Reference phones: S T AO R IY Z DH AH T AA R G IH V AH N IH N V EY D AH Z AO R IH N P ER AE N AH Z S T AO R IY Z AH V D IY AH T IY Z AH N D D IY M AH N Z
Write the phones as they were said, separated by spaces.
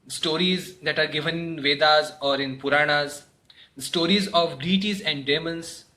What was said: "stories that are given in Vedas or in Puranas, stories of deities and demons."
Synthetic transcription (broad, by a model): S T AO R IY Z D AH T AA R G IH V AH N IH N V EY D AH Z AO R IH N P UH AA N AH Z S T AO R IY Z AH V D IY T IY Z AH N D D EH M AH N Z